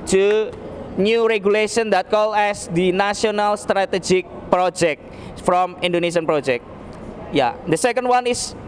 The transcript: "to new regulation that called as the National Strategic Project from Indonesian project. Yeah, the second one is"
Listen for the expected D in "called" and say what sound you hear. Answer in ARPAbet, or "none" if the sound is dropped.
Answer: none